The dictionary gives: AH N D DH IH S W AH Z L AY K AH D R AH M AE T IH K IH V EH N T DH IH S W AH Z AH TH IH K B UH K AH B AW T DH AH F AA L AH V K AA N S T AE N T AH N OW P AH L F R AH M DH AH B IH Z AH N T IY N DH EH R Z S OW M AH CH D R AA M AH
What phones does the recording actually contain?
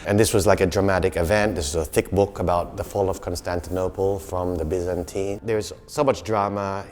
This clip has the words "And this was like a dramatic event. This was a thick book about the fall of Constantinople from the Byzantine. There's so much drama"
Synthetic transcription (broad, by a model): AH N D DH IH S W AH Z L AY K AH D R AH M AE T IH K IH V EH N T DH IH S W AH Z AH TH IH K B UH K AH B AW T DH AH F AA L AH V K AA N S T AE N T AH N OW P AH L F R AH M DH AH B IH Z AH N T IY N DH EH R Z S OW M AH CH D R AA M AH